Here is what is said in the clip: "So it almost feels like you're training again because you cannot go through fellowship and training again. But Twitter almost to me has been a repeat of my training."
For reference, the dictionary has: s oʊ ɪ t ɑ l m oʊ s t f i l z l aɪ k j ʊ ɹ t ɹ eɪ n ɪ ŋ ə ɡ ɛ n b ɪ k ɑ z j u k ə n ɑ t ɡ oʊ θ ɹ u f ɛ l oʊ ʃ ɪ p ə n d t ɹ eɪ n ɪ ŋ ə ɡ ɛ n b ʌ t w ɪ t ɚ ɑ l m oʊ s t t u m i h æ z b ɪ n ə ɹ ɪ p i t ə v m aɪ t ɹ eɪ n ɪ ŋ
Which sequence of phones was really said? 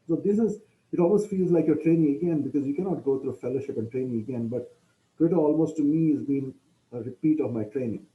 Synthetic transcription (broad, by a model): s oʊ ɪ t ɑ l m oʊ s t f i l z l aɪ k j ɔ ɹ t ɹ eɪ n ɪ ŋ ə ɡ ɛ n b ɪ k ɑ z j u k ə n ɑ t ɡ oʊ t ɹ u f ɛ l oʊ ʃ ɪ p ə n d t ɹ eɪ n ɪ ŋ ə ɡ ɛ n b ʌ t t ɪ t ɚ ɑ l m oʊ s t t u m i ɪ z b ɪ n ə ɹ ɪ p i t ə v m aɪ t ɹ eɪ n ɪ ŋ